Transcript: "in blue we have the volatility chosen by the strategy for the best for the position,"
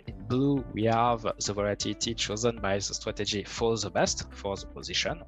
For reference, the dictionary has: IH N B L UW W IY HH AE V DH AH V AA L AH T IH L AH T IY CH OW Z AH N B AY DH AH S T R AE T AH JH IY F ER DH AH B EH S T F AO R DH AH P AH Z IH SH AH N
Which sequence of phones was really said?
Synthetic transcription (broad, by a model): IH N B L UW W IY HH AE V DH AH V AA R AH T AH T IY CH OW Z AH N B AY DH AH S T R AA T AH JH IY F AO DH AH B EH S T F AO R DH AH P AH Z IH SH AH N